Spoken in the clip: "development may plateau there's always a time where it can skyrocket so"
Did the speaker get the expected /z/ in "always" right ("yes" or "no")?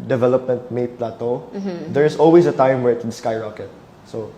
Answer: no